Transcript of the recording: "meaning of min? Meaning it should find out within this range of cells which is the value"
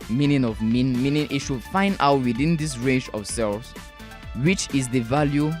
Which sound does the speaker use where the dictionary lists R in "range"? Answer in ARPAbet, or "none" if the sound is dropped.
R